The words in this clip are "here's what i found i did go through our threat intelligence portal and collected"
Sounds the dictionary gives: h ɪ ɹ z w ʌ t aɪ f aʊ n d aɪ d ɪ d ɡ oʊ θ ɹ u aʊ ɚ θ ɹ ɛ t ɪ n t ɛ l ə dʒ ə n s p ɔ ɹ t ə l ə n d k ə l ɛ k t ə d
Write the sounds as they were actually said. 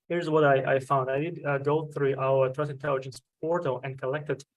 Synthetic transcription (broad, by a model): h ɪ ɹ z w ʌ t aɪ f aʊ n d aɪ d ɪ d ɡ oʊ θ ɹ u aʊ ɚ t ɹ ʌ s ɪ n t ɛ l ə dʒ ə n s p ɔ ɹ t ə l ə n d k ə l ɛ k t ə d